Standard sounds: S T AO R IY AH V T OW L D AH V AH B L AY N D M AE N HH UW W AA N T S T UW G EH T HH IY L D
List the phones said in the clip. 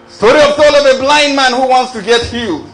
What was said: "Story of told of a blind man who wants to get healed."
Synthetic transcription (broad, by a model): S T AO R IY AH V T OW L AH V AH B L AY N D M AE N HH UW W AA N T S T UW G EH T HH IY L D